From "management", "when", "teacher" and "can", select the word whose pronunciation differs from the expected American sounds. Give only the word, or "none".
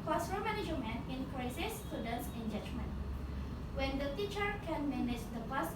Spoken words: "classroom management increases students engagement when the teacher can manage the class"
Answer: management